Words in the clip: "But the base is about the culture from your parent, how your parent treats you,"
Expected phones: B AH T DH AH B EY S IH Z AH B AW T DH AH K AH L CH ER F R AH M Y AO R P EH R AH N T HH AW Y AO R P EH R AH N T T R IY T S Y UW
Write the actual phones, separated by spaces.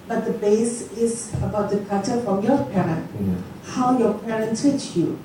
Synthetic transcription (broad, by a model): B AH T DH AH B EY S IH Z AH B AW T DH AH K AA CH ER F R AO M Y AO P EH R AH N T HH AW Y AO P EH R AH N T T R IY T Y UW